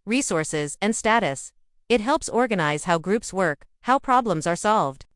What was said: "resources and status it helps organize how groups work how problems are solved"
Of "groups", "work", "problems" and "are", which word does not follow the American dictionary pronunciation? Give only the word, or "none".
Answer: none